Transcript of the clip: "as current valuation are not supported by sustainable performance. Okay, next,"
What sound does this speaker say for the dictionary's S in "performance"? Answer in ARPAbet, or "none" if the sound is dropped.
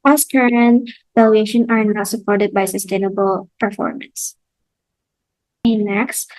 S